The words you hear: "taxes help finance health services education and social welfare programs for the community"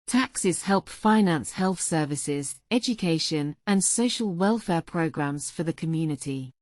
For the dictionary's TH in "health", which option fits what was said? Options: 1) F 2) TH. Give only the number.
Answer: 2